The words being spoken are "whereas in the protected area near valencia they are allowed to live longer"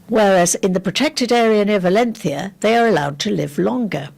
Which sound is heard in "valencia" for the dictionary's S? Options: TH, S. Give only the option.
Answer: TH